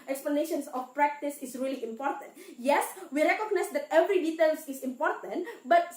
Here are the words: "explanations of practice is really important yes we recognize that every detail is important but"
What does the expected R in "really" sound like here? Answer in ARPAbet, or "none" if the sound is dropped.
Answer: R